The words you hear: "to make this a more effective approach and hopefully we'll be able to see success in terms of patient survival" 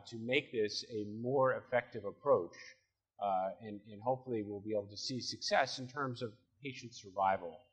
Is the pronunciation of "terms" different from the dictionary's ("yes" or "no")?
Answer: no